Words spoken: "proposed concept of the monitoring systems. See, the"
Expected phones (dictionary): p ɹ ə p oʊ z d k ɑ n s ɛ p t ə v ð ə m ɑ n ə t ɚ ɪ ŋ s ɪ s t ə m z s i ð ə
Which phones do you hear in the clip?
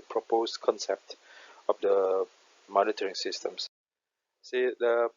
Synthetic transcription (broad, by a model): p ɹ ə p oʊ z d k ɑ n s ɛ p t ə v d ə m ɑ n ə t ɚ ɪ ŋ s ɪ s t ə m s s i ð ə